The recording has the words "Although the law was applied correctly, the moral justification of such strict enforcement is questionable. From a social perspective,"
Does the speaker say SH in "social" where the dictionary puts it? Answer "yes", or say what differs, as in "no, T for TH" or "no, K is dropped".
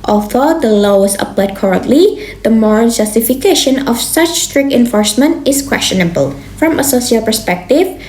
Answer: no, S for SH